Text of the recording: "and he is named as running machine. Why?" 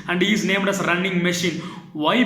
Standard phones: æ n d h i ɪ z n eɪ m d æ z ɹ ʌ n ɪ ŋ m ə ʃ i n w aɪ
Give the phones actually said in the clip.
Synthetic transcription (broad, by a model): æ n d h i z n eɪ m d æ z ɹ ʌ n ɪ ŋ m ə ʃ i n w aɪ